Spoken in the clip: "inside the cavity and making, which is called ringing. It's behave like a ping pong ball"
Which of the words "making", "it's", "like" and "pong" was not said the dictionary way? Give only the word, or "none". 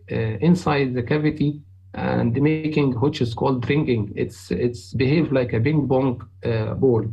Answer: pong